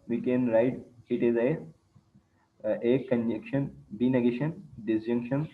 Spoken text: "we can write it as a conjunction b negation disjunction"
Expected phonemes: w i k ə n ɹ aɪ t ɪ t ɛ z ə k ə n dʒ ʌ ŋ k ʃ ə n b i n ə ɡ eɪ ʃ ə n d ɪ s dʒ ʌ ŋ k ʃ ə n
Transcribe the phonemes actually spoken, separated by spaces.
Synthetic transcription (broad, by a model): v i k ə n ɹ aɪ t ɪ t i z ə k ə n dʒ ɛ k ʃ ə n b i n ə ɡ eɪ ʃ ə n d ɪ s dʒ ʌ ŋ k ʃ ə n